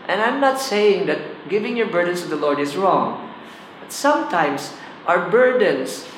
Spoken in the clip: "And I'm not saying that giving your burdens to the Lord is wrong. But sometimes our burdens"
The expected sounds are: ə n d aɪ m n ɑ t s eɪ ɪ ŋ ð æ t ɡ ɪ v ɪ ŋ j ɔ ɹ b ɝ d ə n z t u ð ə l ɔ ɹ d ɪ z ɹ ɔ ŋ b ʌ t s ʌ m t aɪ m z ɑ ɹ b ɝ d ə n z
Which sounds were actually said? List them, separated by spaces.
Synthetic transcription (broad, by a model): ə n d aɪ m n ɑ t s eɪ ɪ ŋ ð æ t ɡ ɪ v ɪ ŋ j ɔ ɹ b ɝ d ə n s t u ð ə l ɔ ɹ d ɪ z ɹ ɔ ŋ b ʌ t s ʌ m t aɪ m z ɑ ɹ b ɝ d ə n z